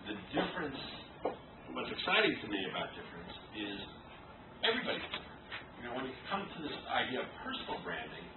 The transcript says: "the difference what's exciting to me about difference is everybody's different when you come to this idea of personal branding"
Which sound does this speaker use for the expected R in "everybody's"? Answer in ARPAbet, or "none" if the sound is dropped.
R